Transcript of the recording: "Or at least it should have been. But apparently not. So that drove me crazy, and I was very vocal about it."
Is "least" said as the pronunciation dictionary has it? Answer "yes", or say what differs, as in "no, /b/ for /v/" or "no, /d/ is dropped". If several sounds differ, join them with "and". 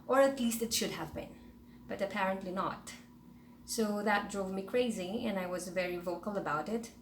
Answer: yes